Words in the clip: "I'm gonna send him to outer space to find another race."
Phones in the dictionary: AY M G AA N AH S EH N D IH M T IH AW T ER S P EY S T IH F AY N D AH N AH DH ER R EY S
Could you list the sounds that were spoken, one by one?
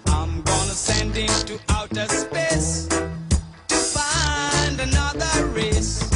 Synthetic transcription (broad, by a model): AY M G AA N AH S EH N D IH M T IH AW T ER S P EY S T IH F AY N D AH N AH DH ER R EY S